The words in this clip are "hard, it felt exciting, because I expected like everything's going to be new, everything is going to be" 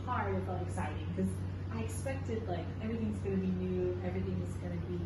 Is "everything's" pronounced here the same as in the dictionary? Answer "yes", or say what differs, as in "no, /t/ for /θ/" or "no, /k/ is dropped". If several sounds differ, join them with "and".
yes